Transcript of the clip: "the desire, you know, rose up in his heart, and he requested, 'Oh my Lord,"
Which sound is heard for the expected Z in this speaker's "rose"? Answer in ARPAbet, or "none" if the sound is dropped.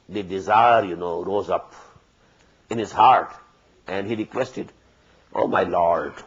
Z